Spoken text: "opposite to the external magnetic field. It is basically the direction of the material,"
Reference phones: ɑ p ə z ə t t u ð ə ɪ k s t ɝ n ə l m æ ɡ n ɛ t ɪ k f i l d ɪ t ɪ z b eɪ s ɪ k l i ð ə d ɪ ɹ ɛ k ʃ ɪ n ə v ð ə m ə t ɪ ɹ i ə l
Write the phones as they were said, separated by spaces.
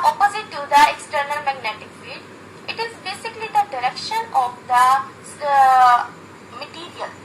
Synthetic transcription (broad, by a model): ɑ p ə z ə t t u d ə ɪ k s t ɝ n ə l m æ ɡ n ɛ t ɪ k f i d ɪ t ɪ z b eɪ s ɪ k l i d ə d ɪ ɹ ɛ k ʃ ɪ n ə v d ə m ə t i ɹ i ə l